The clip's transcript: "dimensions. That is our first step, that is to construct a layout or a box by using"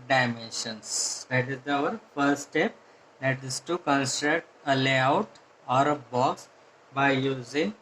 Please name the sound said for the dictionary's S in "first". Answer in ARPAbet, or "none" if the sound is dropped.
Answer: none